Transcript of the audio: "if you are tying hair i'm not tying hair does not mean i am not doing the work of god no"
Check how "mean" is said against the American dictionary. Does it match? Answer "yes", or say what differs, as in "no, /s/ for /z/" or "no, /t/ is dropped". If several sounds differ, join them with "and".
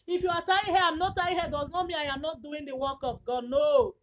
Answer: no, /n/ is dropped